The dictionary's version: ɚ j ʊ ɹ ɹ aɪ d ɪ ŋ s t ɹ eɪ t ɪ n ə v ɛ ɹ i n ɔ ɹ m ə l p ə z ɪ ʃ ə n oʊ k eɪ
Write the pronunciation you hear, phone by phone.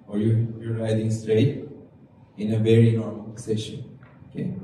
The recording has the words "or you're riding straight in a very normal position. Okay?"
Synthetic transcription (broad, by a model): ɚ j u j ɹ aɪ d ɪ ŋ s t ɹ eɪ t ɪ n ə v ɛ ɹ i n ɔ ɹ m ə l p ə s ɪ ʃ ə n oʊ k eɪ